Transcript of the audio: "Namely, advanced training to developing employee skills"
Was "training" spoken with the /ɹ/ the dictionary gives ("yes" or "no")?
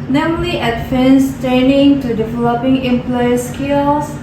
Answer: no